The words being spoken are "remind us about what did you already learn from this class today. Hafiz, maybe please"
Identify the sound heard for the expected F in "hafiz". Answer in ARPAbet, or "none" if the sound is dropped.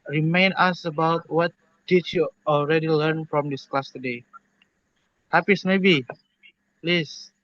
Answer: P